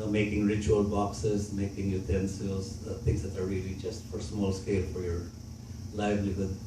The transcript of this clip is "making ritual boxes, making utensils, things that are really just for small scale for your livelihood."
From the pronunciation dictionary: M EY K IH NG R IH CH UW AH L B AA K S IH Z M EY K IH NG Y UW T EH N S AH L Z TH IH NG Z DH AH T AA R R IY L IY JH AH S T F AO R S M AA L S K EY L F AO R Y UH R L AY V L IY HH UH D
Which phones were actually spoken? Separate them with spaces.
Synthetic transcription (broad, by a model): M EY K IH NG R IH CH UW AH L B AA K S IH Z M EY K IH NG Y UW T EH N S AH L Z T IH NG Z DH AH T AA R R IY L IY JH AH S T F AO R S M AA L S K EY L F AO R Y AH R L AY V L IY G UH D